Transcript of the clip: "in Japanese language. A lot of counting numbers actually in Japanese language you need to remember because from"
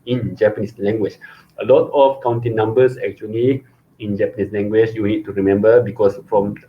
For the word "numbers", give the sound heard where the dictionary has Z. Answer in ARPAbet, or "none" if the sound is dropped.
S